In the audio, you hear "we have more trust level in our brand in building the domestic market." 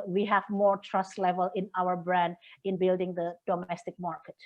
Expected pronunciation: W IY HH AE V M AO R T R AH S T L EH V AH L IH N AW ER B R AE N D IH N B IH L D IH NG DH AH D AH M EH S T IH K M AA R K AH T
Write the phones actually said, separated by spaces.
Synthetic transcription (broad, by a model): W IY HH AE V M AO R T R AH S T L EH V AH L IH N AW ER B R AE N D IH N B IH L D IH NG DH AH D AH M EH S T IH K M AA R K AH T